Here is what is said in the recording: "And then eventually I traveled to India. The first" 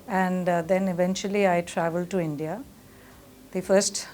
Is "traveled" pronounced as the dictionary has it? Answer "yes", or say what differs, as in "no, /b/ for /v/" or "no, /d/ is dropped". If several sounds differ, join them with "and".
yes